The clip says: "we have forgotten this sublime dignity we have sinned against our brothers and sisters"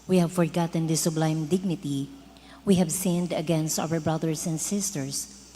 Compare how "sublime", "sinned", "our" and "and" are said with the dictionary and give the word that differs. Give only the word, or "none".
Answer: none